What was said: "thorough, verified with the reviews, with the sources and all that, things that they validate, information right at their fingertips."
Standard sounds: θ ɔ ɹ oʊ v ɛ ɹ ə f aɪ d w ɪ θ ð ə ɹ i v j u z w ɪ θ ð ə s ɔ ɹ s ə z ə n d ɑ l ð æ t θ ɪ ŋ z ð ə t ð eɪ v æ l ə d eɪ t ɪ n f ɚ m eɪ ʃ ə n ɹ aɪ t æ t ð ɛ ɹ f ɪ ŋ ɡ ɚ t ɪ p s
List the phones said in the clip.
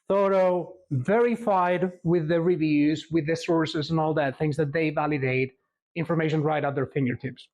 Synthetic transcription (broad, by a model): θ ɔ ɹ oʊ v ɛ ɹ ə f aɪ d w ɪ ð ə ɹ i v j u z w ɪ ð ə s ɔ ɹ s ə z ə n ɑ l ð æ t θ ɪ ŋ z ð ə t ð eɪ v æ l ə d eɪ t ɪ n f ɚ m eɪ ʃ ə n ɹ aɪ t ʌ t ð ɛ ɹ f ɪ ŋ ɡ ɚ t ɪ p s